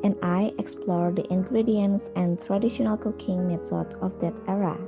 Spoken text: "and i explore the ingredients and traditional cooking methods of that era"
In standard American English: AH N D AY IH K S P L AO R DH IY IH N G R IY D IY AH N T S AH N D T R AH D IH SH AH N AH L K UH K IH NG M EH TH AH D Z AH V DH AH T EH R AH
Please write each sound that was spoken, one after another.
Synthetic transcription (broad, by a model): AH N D AY IH K S P L AO R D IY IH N G R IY D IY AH N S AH N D T R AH D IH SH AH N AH L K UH K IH NG M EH T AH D AH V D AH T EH R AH